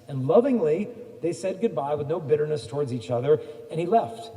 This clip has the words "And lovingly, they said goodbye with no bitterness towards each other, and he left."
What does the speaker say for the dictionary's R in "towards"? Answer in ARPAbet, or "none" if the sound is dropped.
R